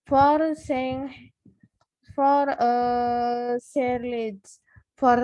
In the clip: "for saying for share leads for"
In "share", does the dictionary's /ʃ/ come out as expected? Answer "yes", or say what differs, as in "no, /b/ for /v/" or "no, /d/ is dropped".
no, /s/ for /ʃ/